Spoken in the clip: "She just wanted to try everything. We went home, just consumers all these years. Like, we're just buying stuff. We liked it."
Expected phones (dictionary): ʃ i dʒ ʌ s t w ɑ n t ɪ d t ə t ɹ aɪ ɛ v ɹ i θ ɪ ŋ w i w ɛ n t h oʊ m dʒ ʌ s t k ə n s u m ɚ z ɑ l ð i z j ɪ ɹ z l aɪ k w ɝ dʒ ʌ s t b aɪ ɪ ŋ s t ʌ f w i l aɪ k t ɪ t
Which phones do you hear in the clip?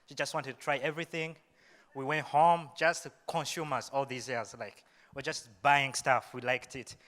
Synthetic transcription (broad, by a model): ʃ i dʒ ʌ s t w ɑ n t ɪ d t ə t ɹ aɪ ɛ v ɹ i θ ɪ ŋ w i w ɛ n t h oʊ m dʒ ʌ s t k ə n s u m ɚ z ɑ l ð i z j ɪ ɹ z l aɪ k w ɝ dʒ ʌ s t b aɪ ɪ ŋ s t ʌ f w i l aɪ k t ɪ t